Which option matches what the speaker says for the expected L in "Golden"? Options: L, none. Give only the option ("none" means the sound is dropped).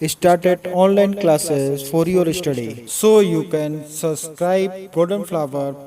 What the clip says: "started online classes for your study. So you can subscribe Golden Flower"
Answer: none